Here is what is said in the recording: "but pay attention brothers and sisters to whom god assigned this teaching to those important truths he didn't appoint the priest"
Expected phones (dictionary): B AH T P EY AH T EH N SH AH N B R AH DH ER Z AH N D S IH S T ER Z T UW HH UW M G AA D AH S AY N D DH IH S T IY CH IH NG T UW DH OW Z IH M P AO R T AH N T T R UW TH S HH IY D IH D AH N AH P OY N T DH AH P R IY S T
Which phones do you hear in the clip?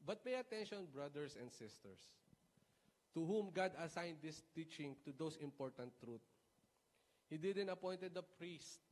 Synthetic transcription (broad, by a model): B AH T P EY AH T EH N SH AH N B R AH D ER S AH N D S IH S T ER S T UW HH UW M G AA D AH S AY N D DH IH S T IY CH IH NG T UW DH OW S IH M P AO R T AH N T T R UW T HH IY D IH D AH N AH P OY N T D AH P R IY S T